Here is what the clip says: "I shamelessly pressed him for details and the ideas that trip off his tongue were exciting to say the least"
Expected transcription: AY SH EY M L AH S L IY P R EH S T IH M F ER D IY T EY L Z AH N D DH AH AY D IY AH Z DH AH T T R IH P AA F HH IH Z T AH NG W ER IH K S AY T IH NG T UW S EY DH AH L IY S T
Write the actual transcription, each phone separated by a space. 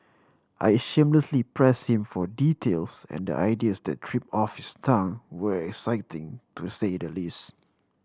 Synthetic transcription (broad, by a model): AY SH EY M L AH S L IY P R EH S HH IH M F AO D IY T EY L S AH N D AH AY D IY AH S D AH T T R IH P AA F HH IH S T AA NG W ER IH K S AY T IH NG T UW S EY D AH L IY S T